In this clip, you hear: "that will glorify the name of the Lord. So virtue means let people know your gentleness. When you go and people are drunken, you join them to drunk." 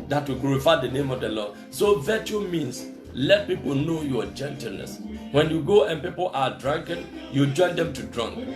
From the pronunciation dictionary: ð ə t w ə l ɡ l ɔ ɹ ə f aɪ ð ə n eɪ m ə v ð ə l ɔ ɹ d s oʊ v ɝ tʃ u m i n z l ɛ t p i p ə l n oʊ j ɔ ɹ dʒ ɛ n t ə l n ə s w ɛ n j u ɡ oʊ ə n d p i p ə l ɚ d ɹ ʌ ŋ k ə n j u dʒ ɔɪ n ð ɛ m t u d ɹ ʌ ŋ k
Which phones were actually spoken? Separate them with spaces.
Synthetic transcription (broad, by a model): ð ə t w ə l ɡ l ɔ ɹ ə f aɪ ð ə n eɪ m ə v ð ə l ɔ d s oʊ v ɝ tʃ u m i n s l ɛ t p i p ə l n oʊ j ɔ dʒ ɛ n t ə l n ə s w ɛ n j u ɡ oʊ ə n p i p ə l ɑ d ɹ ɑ ŋ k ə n j u dʒ ɔɪ n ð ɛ m t u d ɹ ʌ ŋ k